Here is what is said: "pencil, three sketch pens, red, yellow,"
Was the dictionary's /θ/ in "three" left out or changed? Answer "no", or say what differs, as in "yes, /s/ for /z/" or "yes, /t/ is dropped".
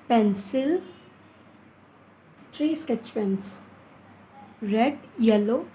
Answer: yes, /t/ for /θ/